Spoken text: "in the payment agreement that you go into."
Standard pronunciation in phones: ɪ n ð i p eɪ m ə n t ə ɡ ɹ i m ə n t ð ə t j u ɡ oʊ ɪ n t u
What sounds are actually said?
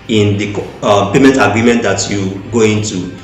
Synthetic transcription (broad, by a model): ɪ n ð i p eɪ m ə n t ə ɡ ɹ i m ə n t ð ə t j u ɡ oʊ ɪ n t u